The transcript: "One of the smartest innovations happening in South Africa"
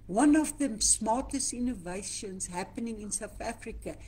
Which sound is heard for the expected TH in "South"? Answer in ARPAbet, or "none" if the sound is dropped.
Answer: TH